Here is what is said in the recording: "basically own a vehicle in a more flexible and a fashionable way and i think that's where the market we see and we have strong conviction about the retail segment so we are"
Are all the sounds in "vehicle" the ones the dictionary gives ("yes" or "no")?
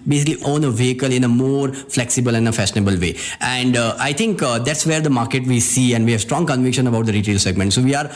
yes